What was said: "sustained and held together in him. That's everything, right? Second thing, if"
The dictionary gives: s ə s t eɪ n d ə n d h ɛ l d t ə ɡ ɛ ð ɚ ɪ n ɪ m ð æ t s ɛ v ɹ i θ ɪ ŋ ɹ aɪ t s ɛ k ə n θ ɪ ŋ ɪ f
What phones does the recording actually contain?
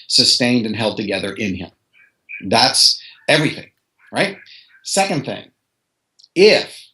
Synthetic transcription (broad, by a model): s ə s t eɪ n d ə n h ɛ l d t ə ɡ ɛ ð ɚ ɪ n ɪ m ð æ t s ɛ v ɹ i θ ɪ ŋ ɹ aɪ t s ɛ k ə n θ ɪ ŋ ɪ f